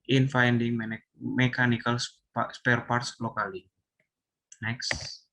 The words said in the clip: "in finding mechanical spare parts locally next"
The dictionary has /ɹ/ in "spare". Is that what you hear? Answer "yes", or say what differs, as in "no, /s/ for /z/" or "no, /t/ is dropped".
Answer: yes